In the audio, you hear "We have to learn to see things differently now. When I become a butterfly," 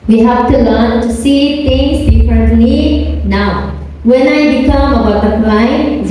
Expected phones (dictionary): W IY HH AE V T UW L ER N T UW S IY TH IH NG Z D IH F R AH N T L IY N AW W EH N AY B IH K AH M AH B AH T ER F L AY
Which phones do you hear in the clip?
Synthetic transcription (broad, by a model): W IY HH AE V T UW L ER N T UW S IY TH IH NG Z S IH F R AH T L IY N AW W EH N AY B IH K AH M AH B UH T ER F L AY